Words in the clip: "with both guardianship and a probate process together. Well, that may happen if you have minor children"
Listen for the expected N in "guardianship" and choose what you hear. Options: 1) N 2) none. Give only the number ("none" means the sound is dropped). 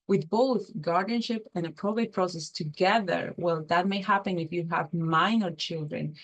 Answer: 1